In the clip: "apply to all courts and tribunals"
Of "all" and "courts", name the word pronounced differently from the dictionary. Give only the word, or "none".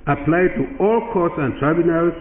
none